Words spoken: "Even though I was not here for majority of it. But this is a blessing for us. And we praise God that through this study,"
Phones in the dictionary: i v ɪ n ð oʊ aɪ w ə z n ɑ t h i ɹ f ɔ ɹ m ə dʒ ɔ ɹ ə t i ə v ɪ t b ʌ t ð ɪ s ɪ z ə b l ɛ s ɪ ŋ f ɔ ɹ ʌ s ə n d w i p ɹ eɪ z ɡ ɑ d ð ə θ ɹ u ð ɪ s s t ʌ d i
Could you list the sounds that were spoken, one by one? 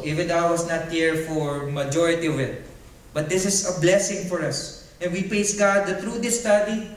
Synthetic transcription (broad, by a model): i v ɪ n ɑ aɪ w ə s n ɑ t h i ɹ f ɔ ɹ m ə dʒ ɔ ɹ ə t i ə v ɪ t b ʌ t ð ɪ s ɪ s ə b l ɛ s ɪ ŋ f ɔ ɹ ʌ s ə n w i p ɹ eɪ s ɡ ɑ d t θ ɹ u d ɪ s s t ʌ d i